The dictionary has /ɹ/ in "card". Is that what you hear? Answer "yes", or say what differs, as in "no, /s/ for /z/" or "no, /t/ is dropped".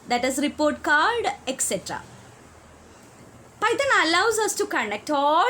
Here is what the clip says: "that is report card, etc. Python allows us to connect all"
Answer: no, /l/ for /ɹ/